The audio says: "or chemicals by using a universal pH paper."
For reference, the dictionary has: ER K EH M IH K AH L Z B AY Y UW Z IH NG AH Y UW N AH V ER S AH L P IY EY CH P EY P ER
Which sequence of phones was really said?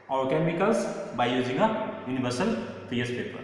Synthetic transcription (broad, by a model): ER K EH M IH K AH L S B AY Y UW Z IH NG AH Y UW N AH B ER S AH L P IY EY S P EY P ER